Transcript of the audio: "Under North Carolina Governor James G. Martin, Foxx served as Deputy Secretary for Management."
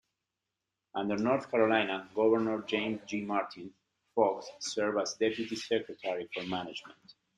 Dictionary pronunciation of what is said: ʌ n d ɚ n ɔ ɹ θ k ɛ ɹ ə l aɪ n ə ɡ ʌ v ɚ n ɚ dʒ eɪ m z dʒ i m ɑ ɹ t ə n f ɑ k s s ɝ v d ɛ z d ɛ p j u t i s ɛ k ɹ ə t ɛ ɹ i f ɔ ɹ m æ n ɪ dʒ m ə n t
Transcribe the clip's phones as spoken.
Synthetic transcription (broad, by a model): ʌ n d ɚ n ɔ ɹ θ k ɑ ɹ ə l aɪ n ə ɡ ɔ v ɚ n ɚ dʒ eɪ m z dʒ i m ɑ ɹ t ə n f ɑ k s s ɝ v ɑ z d ɛ p j u t i s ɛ k ɹ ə t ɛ ɹ i f ɔ ɹ m æ n ɪ dʒ m ə n t